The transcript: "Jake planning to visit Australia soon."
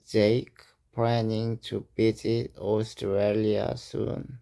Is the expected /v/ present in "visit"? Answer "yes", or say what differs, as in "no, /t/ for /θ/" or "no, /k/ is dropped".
no, /b/ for /v/